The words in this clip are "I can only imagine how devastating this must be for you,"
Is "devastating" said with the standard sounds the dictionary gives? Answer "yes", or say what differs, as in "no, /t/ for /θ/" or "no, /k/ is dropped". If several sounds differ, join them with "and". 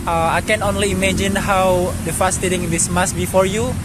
no, /f/ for /v/